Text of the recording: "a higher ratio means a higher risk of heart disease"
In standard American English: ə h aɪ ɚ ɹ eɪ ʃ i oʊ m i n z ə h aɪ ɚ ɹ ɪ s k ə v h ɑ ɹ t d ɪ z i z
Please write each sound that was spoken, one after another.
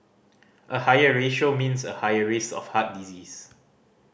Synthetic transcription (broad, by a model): ə h aɪ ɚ ɹ eɪ ʃ oʊ m i n s ə h aɪ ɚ ɹ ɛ s ə f h ɑ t d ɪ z i s